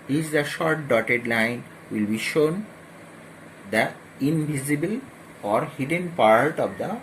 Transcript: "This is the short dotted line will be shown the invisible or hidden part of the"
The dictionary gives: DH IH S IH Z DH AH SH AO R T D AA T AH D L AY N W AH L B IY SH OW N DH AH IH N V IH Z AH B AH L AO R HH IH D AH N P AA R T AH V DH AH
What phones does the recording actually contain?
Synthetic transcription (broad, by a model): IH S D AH SH AO R T D AA T AH D L AY N W AH L B IY SH OW N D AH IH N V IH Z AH B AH L AO R HH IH D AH N P AA R T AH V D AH